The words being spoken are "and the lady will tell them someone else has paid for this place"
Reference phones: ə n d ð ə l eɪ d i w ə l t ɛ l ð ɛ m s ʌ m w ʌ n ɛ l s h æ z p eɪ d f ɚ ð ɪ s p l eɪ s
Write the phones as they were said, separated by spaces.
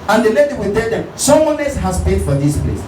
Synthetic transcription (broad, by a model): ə n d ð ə l eɪ d i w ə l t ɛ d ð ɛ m s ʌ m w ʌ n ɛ s h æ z p eɪ d f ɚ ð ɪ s p l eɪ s